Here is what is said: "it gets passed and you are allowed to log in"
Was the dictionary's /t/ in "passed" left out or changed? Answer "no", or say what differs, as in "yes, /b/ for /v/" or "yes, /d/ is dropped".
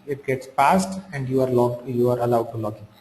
no